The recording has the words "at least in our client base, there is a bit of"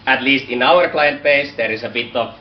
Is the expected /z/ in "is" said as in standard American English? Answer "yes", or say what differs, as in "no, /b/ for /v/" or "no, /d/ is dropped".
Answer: no, /s/ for /z/